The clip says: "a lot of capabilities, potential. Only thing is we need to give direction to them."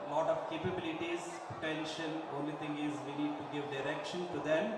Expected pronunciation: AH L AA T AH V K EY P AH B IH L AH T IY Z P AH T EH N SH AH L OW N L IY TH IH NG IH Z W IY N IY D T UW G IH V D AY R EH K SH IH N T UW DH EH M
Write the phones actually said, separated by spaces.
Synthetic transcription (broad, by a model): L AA T AH V K EY P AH B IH L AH T IY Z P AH T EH N SH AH N OW N L IY T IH NG IH Z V IY N IY D T UW G IH V D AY R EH K SH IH N T UW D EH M